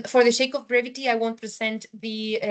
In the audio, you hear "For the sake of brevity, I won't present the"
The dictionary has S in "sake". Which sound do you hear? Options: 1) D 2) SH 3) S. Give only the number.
2